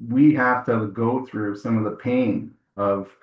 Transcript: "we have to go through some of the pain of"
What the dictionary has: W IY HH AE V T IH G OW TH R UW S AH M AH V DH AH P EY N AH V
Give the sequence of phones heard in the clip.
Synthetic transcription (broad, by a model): W IY HH AE F T IH G OW TH R UW S AH M AH V DH AH P EY N AH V